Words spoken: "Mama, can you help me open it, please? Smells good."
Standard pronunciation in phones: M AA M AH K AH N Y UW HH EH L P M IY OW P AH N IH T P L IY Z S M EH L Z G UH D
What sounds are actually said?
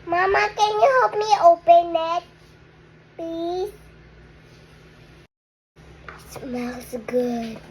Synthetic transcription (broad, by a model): M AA M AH K AH N Y UW HH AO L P M IY OW P AH N IH T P IY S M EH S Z G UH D